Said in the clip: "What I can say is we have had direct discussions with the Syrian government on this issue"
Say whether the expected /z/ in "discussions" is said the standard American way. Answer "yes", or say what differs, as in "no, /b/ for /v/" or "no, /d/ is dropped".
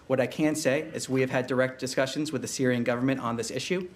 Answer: yes